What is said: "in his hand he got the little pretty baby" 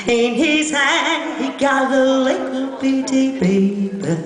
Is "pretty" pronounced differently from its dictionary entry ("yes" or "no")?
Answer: yes